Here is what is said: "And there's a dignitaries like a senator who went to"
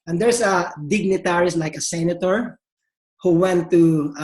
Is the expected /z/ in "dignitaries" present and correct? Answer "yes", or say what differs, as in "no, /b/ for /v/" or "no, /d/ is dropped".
no, /s/ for /z/